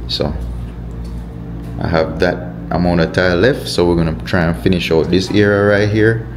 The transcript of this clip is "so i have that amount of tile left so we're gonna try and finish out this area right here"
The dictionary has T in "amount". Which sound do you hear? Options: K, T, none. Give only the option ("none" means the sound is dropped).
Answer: none